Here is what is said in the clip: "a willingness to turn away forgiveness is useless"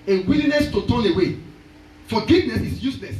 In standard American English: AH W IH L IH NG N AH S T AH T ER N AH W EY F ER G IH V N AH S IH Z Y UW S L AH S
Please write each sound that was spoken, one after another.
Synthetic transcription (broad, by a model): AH W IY L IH N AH S T AH T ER N AH W EY F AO G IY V N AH S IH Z Y UW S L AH S